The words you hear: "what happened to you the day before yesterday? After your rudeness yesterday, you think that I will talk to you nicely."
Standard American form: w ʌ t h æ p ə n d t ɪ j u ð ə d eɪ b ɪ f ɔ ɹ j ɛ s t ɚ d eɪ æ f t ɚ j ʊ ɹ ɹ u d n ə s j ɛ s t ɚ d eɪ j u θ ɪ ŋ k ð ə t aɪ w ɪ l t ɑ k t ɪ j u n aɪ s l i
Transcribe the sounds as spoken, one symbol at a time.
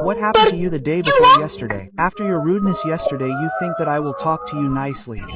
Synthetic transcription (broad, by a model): w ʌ t h æ p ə n t ɪ j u ð ə d eɪ b ɪ f ɔ ɹ j ɛ s t ɚ d eɪ æ f t ɚ j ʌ ɹ ɹ u d n ə s j ɛ s t ɚ d eɪ j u θ ɪ ŋ k ð ə t aɪ w ɪ l t ɑ k t ɪ j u n aɪ s l i